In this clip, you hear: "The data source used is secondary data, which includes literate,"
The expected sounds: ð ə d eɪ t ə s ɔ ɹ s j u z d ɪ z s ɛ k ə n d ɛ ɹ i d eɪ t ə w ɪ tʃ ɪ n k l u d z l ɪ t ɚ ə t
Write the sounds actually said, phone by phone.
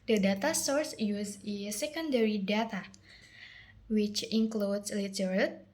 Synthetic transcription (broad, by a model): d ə d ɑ t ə s ɔ ɹ s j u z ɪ s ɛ k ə n d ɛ ɹ i d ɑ t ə w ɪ tʃ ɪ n k l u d s l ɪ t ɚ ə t